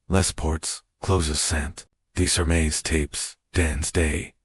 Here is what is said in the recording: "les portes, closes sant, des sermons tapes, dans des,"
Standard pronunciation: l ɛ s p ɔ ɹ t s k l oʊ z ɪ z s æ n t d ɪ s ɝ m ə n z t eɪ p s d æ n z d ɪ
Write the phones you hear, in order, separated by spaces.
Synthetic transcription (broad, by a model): l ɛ s p ɔ ɹ t s k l oʊ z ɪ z s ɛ n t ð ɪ s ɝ m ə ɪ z t eɪ p s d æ n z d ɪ